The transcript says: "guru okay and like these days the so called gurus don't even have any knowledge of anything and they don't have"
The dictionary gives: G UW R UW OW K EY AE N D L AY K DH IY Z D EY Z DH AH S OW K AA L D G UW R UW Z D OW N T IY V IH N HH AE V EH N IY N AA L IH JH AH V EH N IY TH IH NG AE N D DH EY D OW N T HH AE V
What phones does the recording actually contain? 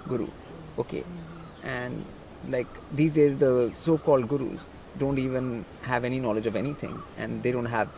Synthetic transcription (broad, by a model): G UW R UW OW K EY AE N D L AY K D IY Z D EY Z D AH S OW K AA L D G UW R UW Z D OW N T IY V IH N HH AE V EH N IY N AA L IH JH AH V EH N IY T IH NG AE N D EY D OW N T HH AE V